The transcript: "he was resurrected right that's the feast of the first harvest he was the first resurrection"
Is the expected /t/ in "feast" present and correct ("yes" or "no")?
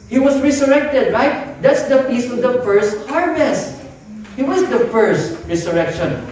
no